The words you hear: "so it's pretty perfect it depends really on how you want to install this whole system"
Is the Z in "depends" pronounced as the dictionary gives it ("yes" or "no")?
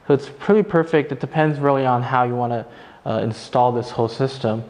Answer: yes